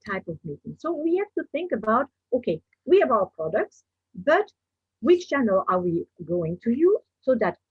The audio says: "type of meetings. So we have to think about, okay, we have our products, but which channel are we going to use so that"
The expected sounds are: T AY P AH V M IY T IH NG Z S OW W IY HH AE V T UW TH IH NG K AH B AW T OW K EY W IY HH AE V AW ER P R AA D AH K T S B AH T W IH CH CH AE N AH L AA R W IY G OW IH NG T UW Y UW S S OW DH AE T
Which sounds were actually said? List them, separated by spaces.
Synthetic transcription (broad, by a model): T AY P AH V M IY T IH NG S OW W IY HH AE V T UW TH IH NG K AH B AW T OW K EY W IY HH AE V AW ER P R AA D AH K T S B AH T W IH CH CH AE N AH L AA R W IY G OW IH NG T UW Y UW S S OW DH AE T